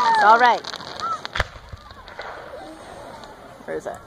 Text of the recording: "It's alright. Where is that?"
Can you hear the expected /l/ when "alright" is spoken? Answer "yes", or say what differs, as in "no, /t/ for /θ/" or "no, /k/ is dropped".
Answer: yes